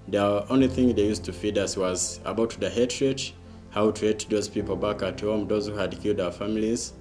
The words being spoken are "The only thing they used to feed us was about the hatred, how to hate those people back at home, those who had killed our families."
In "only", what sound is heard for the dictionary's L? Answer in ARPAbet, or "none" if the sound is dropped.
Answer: L